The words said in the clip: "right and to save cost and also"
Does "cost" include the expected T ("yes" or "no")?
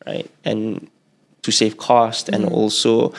yes